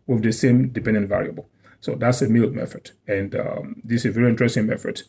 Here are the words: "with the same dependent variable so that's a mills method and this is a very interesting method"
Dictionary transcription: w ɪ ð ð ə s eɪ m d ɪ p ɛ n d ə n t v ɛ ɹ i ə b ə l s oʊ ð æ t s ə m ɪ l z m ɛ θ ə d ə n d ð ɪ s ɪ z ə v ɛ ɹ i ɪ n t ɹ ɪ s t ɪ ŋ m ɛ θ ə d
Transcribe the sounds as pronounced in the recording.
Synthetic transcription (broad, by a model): w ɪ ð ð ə s eɪ m d ɪ p ɛ n d ə n t v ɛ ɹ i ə b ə l s oʊ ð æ t s ə m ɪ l m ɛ f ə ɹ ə n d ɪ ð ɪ s ə v ɛ ɹ i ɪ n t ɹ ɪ s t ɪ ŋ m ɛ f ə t